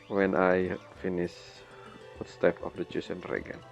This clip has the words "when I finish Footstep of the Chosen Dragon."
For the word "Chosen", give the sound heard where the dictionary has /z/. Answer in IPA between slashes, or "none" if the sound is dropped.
/s/